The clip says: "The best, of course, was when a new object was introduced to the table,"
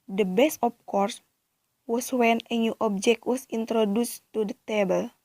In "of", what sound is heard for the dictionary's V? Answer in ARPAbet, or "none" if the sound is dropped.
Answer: P